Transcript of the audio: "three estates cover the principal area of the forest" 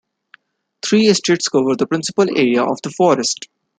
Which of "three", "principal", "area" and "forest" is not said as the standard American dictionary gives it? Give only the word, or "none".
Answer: three